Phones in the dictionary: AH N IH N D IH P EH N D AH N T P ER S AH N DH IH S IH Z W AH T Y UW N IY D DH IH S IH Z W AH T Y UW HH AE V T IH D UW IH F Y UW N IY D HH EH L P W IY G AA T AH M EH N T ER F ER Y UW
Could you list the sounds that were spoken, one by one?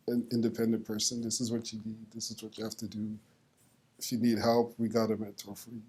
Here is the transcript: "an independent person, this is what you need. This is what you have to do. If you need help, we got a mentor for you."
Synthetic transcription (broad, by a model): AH N IH N D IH P EH N D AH N P ER S AH N DH IH S IH Z W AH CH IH N IY D DH IH S IH Z W AH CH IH HH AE F T IH D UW IH F Y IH N IY D HH EH L P W IY G AA T AH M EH T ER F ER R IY